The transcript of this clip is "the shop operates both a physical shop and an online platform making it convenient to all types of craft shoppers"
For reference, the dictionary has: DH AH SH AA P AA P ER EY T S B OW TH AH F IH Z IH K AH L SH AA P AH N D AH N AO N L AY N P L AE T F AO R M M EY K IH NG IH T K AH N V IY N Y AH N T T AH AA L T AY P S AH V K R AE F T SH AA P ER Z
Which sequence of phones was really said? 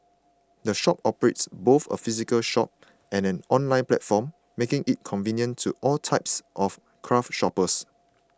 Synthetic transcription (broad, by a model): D AH SH AA P AA P ER EY T S B OW TH AH F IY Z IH K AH L SH AA P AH N AH N AO N L AY N P L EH T F AO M M EY K IH NG IH T K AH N V IY N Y AH N T T AA L T AY P S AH F K R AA F T SH AA P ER S